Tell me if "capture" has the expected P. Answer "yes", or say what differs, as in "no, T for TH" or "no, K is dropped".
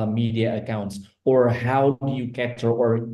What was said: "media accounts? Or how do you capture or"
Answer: no, P is dropped